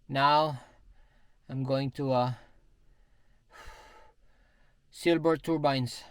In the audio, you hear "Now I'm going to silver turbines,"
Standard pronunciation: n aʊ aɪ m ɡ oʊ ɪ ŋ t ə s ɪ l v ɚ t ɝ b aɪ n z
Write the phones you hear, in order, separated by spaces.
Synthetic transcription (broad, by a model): n aʊ aɪ m ɡ oʊ ɪ ŋ t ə s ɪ l b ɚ t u b aɪ n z